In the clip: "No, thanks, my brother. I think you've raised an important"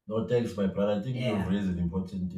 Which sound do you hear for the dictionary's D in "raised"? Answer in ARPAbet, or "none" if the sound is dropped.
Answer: none